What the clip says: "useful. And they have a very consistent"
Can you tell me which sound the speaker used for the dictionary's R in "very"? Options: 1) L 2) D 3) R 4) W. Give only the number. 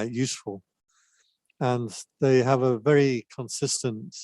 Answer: 3